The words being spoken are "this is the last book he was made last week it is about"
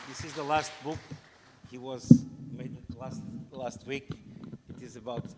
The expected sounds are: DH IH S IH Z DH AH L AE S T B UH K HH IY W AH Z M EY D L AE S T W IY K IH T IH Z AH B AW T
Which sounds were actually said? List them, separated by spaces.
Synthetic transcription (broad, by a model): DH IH S IH Z DH AH L AE S T B UH K HH IY W AH Z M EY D L AE S T W IY K IH T IH Z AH B AW T